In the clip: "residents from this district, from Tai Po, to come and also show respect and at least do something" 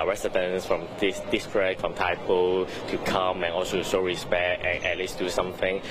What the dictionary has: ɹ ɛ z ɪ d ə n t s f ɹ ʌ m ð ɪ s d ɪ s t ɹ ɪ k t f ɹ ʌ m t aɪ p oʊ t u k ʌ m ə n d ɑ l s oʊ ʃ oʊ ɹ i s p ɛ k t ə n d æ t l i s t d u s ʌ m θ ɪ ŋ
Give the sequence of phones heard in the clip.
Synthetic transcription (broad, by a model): ɹ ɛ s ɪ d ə n s f ɹ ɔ m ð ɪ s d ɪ s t ɹ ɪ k f ɹ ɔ m t aɪ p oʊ t u k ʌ m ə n ɑ l s oʊ s oʊ ɹ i s p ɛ k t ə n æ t l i s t d u s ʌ m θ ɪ ŋ